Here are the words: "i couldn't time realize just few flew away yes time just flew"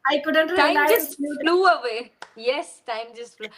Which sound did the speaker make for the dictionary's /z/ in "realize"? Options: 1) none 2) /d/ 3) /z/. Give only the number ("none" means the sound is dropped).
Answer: 1